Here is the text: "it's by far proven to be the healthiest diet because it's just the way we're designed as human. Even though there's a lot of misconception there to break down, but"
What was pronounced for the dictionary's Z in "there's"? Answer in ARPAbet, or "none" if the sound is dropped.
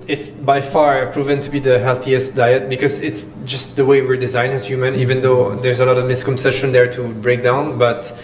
Z